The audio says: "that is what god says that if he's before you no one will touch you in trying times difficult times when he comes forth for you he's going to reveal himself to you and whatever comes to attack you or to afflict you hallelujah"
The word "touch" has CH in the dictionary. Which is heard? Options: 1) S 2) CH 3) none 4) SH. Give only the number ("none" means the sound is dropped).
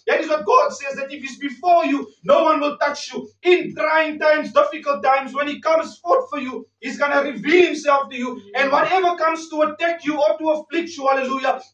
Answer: 1